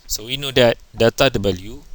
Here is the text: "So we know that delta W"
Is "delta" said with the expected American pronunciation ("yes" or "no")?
no